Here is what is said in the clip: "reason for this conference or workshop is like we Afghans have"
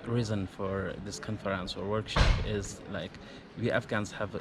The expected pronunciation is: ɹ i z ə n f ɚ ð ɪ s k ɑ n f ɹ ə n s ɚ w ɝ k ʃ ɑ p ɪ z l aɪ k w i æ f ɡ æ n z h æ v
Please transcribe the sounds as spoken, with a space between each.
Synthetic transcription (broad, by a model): ɹ i z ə n f ɚ ð ɪ s k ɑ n f ɹ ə n s ɚ w ɝ k ʃ ɑ p ɪ z l aɪ k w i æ f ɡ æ n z h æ v